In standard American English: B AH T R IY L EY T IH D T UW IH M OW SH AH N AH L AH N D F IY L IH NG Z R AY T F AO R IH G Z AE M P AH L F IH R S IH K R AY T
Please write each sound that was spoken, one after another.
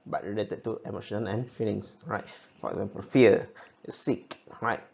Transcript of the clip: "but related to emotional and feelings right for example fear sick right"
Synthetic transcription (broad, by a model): B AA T R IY L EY T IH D T UW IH M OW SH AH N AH N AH N F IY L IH NG S R AY T F AO R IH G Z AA M P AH L F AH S S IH K R AY T